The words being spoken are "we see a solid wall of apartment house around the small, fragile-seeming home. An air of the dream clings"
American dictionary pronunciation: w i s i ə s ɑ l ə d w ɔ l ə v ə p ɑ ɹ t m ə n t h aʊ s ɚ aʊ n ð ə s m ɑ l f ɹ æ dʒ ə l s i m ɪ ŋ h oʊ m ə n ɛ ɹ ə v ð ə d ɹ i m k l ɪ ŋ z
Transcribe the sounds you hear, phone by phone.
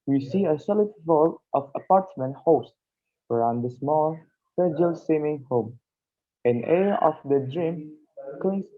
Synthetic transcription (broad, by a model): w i s i ə s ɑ l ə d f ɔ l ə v ə p ɑ ɹ t m ə n t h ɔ s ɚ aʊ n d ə s m ɑ l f ɛ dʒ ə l s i m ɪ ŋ h oʊ m ə n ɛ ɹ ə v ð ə d ɹ i m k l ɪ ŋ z